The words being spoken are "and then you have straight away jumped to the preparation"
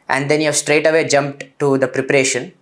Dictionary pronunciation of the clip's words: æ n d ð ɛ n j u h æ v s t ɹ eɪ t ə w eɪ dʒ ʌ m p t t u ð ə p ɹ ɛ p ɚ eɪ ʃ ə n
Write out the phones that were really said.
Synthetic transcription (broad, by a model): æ n d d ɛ n j u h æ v s t ɹ eɪ t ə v eɪ dʒ ʌ m p t t u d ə p ɹ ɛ p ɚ eɪ ʃ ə n